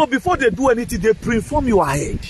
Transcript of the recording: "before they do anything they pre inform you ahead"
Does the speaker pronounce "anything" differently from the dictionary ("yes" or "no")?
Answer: yes